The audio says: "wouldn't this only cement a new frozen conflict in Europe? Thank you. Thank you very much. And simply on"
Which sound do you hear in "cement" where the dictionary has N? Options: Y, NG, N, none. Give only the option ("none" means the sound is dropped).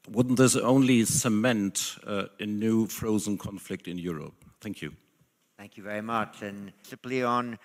N